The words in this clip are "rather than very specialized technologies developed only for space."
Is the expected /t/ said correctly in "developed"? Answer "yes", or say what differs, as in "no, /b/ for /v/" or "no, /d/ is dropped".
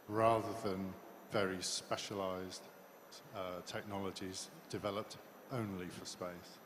yes